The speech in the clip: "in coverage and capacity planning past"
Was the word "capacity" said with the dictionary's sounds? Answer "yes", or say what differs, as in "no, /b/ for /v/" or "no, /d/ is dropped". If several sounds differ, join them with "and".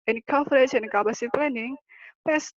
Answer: no, /b/ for /p/